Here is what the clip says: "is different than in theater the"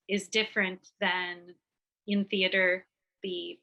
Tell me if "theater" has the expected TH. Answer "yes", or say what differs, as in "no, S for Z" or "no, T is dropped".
yes